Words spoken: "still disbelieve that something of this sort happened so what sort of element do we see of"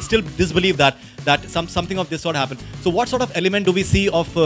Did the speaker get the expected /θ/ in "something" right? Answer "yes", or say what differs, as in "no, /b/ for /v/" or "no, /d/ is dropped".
no, /s/ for /θ/